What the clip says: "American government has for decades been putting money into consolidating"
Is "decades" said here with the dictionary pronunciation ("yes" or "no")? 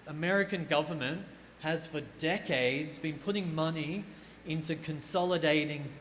yes